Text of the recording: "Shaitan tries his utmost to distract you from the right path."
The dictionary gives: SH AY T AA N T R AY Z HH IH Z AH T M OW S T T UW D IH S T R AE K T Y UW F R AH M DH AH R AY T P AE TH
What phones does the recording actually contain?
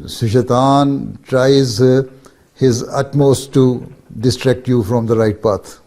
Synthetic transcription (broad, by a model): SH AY T AA N T R AY Z HH IH Z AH T M OW S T T UW D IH S T R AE K T Y UW F R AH M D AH R AY T P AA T